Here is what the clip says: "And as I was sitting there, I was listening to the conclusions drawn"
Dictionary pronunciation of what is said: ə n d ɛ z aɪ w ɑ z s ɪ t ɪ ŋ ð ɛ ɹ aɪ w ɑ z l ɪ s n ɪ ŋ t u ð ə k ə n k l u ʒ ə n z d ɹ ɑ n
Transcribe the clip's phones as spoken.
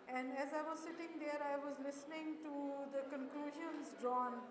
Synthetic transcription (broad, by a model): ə n d ɛ z aɪ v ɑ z s ɪ t ɪ ŋ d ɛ ɹ aɪ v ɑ z l ɪ s n ɪ ŋ t u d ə k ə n k l u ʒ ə n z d ɹ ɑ n